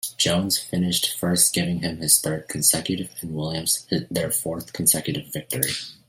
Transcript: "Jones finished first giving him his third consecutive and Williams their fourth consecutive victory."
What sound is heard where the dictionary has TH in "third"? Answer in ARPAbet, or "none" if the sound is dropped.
TH